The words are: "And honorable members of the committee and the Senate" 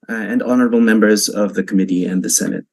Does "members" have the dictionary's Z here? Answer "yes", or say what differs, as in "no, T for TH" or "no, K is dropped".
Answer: yes